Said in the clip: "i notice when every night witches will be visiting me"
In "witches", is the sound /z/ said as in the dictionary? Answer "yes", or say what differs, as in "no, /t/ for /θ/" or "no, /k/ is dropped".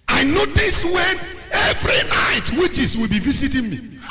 no, /s/ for /z/